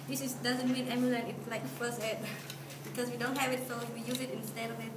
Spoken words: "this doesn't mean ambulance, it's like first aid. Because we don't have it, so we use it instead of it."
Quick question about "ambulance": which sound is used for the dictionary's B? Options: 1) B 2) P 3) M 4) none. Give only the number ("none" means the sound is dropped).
4